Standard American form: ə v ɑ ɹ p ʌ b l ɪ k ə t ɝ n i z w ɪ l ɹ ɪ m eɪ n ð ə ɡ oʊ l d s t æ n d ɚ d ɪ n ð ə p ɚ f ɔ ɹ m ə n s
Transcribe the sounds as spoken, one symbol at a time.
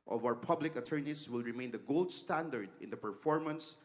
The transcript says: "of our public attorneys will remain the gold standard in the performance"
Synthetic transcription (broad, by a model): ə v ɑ w p ʌ b l ɪ k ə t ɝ n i s w ɪ l ɹ ɪ m eɪ n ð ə ɡ oʊ l d s t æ n d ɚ d ɪ n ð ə p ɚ f ɔ ɹ m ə n s